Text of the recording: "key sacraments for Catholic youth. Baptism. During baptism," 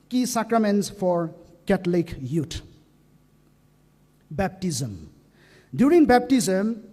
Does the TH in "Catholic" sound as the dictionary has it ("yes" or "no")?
no